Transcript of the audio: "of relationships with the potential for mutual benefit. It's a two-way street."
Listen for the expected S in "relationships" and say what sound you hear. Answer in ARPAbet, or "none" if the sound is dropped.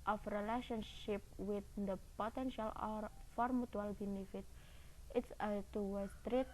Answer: none